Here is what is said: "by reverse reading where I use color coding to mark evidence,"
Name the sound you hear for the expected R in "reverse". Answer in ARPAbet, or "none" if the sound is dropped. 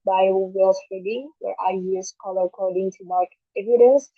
W